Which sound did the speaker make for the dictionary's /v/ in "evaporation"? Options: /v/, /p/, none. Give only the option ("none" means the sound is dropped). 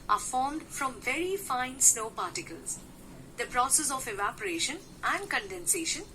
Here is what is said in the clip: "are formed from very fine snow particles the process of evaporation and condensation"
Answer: /v/